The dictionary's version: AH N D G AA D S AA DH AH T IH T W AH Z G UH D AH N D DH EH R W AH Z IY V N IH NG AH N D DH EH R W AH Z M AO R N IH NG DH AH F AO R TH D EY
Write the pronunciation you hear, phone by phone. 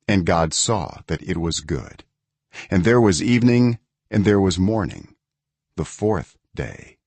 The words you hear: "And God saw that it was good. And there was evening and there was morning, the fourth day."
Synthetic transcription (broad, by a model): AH N G AA D S AA DH AH T IH T W AH Z G UH D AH N DH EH R W AH Z IY V N IH NG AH N DH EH R W AH Z M AO R N IH NG DH AH F AO R TH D EY